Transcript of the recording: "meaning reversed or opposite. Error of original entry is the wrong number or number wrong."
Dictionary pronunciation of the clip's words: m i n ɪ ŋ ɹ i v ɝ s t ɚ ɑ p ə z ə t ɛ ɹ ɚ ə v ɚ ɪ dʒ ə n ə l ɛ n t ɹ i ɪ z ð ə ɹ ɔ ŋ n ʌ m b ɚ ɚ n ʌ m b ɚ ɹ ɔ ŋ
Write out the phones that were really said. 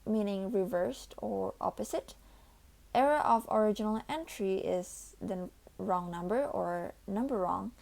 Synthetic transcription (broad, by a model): m i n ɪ ŋ ɹ i v ɝ s t ɚ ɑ p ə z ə t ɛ ɹ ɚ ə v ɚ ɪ dʒ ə n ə l ɛ n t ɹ i ɪ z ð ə ɹ ɔ ŋ n ʌ m b ɚ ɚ n ʌ m b ɚ ɹ ɔ ŋ